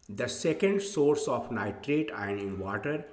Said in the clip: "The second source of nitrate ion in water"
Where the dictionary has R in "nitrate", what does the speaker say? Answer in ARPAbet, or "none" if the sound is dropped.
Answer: R